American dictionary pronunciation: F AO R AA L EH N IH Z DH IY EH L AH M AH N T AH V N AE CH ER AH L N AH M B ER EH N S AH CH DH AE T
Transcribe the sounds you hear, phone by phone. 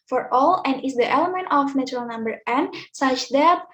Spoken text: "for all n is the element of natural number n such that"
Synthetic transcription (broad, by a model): F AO R AA L EH N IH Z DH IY EH L AH M AH N T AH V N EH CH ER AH L N AH M B ER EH N S AH CH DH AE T